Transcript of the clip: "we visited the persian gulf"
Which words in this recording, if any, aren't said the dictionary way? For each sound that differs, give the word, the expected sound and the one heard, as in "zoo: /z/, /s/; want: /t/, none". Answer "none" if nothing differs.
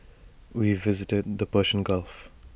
persian: /ʒ/, /ʃ/